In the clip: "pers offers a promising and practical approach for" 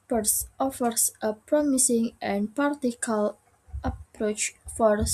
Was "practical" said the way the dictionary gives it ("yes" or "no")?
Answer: no